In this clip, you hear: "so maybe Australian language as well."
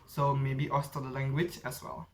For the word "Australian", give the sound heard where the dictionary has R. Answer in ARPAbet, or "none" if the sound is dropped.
none